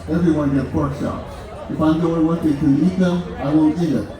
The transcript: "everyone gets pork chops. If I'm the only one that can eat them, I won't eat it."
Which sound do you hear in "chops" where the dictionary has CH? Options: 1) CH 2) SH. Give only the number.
2